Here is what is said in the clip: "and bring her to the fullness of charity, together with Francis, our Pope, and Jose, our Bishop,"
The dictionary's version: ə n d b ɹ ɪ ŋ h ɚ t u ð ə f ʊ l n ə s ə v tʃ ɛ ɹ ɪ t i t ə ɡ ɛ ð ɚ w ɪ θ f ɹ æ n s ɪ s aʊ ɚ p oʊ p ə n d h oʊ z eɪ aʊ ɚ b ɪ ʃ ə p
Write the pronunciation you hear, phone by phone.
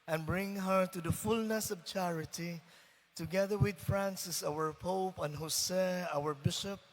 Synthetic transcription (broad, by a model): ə n b ɹ ɪ ŋ h ɚ t u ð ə f ʊ l n ə s ə v tʃ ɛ ɹ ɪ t i t ə ɡ ɛ ð ɚ w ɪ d f ɹ æ n s ɪ s aʊ ɚ p oʊ p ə n h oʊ s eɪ aʊ ɚ b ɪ ʃ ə p